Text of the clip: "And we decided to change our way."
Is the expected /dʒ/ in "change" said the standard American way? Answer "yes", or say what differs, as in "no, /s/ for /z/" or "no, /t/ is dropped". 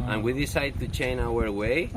no, /dʒ/ is dropped